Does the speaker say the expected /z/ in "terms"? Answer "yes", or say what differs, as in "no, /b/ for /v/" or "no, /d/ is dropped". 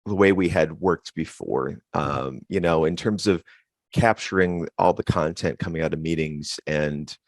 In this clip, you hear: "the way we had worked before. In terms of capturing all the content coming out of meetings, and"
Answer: yes